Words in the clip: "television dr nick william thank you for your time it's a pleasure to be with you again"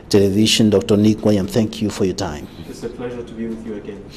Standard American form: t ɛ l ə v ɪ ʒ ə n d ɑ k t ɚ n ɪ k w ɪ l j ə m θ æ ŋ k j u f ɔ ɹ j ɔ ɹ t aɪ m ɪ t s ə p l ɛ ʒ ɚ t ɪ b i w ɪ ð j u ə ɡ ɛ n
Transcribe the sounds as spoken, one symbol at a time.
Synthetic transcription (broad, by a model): t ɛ l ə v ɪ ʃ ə n d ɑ k t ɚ n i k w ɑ j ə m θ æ ŋ k j u f ɔ ɹ j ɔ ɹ t aɪ m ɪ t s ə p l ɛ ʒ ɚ t ɪ b i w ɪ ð j u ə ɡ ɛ n